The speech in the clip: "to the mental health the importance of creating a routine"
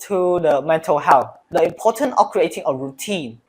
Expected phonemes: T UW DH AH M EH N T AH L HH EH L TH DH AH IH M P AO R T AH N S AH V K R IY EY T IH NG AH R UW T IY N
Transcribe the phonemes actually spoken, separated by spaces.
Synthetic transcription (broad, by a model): T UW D AH M EH N T AH L HH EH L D AH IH M P AO T AH N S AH F K R IY EY T IH NG AH R UW T IY N